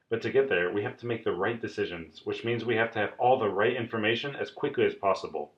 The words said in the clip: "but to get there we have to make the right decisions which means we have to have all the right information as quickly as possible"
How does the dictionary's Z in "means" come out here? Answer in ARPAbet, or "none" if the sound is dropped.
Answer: Z